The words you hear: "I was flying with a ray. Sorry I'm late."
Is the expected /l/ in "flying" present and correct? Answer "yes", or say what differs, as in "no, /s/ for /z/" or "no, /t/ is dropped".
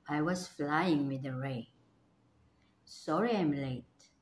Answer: yes